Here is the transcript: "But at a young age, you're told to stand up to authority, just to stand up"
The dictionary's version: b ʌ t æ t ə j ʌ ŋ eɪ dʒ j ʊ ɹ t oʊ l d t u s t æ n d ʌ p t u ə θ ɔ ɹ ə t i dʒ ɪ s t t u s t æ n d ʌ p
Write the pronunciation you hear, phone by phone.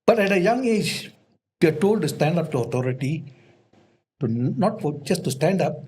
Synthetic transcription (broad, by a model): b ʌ t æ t ə j ʌ ŋ eɪ dʒ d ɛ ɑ t oʊ l d t u s t æ n d ʌ p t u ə t ɔ ɹ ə t i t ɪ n t t u s t æ n d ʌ p